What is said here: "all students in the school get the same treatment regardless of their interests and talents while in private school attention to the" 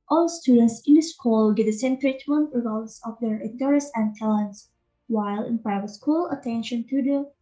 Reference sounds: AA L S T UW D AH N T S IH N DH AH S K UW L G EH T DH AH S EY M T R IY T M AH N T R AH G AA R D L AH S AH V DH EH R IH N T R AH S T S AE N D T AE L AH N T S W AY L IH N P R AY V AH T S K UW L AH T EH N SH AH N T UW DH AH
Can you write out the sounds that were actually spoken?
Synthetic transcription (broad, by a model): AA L S T UW D AH N T S IH N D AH S K UW L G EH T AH S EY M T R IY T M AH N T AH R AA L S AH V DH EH R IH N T AH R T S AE N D T AE L AH N T S W AY L IH N P R AY V AH T S K UW L AH T EH N SH AH N T UW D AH